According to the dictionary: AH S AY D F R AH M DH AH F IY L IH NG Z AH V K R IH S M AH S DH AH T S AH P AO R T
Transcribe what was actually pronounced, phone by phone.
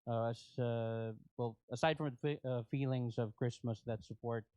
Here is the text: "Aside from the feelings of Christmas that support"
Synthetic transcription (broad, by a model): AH S AY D F R AH M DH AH F IY L IH NG Z AH V K R IH S M AH S DH AH T S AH P AO R T